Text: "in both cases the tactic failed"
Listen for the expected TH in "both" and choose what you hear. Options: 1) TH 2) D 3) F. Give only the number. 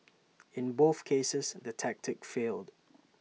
1